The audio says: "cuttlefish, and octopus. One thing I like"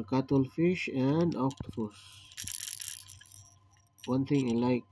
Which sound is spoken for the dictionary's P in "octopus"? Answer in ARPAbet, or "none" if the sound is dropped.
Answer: F